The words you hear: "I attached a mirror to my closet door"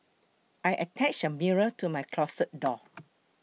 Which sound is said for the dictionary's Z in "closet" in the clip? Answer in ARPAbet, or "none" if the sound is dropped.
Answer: S